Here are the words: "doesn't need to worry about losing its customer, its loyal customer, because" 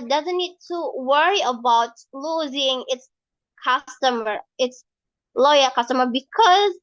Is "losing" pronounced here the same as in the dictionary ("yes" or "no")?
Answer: yes